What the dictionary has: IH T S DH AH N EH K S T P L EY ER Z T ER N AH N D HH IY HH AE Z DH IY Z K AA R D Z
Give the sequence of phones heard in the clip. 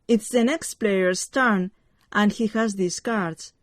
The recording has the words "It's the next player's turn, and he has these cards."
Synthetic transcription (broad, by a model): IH T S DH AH N EH K S T P L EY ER S T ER N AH N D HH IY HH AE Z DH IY S K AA R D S